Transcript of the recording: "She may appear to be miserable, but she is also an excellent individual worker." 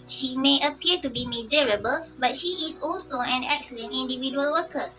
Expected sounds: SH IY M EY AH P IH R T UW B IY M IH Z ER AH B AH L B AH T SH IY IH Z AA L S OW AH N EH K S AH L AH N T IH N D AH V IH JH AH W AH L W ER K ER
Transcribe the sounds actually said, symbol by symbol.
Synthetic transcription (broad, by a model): SH IY M EY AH P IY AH T UW B IY M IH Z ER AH B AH L B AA T SH IY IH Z AA L S OW AH N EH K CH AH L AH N IH N D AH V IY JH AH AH L W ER K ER